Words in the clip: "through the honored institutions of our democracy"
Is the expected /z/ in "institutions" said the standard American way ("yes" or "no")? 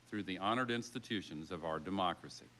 yes